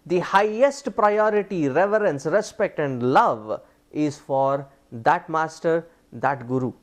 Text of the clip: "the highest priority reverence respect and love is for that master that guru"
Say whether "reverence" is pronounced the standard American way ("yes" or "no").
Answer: yes